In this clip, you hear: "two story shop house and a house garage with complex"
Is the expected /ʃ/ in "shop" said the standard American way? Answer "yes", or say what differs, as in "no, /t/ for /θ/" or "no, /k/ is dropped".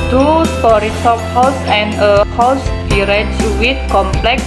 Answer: no, /s/ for /ʃ/